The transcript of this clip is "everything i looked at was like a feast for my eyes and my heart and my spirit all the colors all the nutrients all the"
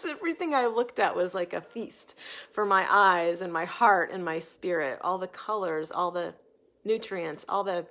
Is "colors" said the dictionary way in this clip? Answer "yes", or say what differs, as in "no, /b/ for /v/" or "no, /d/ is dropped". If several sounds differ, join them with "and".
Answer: yes